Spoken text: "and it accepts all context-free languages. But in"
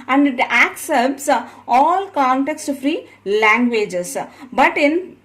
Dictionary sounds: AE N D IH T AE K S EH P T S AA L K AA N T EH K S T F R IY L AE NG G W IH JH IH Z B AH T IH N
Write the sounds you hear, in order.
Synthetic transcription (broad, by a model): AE N D IH T AE K S EH P T S AA L K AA N T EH K S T F R IY L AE NG G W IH JH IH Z B AH T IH N